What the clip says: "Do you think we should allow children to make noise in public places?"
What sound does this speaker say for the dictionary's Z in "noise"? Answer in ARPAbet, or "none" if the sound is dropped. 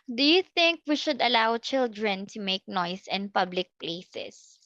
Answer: S